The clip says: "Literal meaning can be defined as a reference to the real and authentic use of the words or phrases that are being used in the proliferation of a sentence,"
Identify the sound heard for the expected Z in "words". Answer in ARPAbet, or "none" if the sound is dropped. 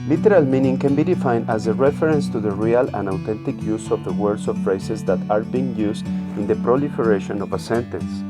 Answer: S